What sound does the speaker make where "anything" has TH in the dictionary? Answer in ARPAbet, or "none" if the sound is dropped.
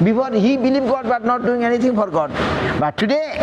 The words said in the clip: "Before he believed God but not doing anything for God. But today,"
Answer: T